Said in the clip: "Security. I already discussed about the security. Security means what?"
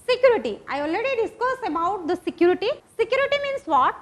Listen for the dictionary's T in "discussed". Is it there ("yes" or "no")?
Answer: no